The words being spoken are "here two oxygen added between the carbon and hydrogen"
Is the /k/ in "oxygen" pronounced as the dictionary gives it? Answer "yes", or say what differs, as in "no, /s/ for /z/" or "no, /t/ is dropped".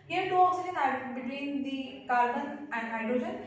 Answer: no, /k/ is dropped